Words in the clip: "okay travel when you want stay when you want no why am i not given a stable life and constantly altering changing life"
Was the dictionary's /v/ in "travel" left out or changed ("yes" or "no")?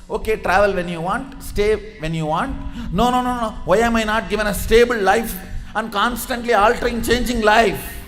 no